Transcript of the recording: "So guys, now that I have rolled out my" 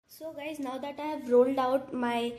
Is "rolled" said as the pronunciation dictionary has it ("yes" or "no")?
yes